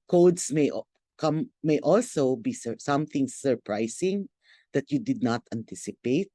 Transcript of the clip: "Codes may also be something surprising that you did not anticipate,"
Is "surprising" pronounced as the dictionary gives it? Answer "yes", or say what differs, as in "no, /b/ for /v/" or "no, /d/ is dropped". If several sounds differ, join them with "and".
no, /s/ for /z/